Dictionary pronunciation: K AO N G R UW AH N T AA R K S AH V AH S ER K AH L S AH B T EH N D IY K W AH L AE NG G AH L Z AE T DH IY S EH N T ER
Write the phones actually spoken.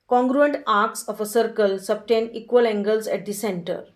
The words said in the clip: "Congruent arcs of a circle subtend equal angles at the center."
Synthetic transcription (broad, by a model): K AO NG G R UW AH N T AA R K S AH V AH S ER K AH L S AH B T EH N IY K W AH L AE NG G AH L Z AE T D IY S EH N T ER